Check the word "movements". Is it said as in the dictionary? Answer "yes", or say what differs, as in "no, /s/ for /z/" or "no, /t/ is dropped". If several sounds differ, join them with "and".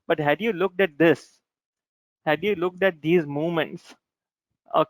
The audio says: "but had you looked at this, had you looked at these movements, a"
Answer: no, /v/ is dropped